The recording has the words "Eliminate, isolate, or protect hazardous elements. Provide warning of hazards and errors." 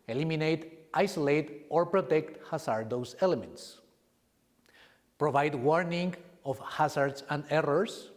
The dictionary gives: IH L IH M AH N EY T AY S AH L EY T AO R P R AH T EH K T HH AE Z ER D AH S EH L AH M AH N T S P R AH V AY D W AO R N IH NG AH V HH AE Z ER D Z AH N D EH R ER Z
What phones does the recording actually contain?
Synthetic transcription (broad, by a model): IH L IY M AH N EY T AY S AH L EY T AO R P R AH T EH K T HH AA S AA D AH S EH L AH M AH N T S P R AH V AY D W AO R N IH NG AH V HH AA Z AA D S AH N D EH R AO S